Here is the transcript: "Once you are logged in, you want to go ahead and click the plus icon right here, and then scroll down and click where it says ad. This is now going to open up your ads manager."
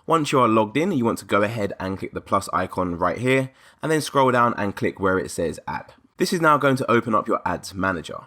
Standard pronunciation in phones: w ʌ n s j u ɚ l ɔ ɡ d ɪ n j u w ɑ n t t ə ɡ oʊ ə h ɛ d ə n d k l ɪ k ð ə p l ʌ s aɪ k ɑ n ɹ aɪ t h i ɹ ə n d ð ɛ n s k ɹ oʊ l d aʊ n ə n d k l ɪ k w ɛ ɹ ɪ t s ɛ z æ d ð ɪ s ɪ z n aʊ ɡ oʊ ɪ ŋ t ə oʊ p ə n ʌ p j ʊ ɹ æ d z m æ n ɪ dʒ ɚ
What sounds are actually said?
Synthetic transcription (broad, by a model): w ʌ n s j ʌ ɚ l ɔ ɡ d ɪ n j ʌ w ɑ n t t ə ɡ oʊ ə h ɛ d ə n k l ɪ k ð ə p l ʌ s aɪ k ɑ n ɹ aɪ t h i ɹ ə n ð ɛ n s k ɹ oʊ l d aʊ n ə n k l ɪ k w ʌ ɹ ɪ t s ɛ z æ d ð ɪ s ɪ z n aʊ ɡ oʊ ɪ ŋ t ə oʊ p ə n ʌ p j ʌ ɹ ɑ d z m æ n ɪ dʒ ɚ